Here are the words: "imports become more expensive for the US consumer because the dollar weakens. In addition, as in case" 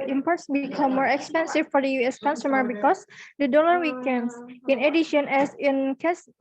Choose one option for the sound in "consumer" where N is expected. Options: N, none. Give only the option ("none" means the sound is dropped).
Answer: N